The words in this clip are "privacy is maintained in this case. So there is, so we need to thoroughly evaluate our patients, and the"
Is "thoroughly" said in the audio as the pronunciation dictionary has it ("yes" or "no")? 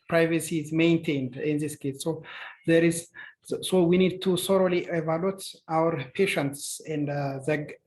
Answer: no